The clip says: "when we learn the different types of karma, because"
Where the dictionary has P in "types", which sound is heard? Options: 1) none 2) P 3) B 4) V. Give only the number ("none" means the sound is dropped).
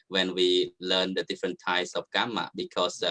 1